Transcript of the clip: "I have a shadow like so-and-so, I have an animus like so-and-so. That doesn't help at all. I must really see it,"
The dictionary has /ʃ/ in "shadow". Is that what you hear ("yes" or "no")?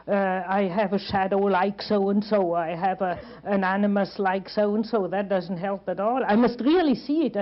yes